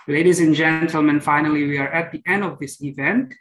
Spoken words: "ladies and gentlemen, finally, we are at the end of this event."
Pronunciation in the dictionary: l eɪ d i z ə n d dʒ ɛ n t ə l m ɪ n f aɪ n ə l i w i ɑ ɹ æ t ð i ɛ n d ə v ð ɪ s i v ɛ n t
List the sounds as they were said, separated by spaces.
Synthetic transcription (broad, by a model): l eɪ d i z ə n dʒ ɛ n t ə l m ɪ n f aɪ n ə l i w i ɑ ɹ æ t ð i ɛ n d ə v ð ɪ s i v ɛ n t